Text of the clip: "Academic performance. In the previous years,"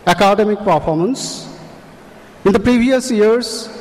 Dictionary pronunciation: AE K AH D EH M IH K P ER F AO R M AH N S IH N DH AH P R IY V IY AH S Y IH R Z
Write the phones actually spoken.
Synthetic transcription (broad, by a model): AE K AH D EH M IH K P ER F AO R M AH N S IH N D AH P R IY V IY AH S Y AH R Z